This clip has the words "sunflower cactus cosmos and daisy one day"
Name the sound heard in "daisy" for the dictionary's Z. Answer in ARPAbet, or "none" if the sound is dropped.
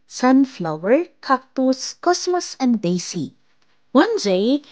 S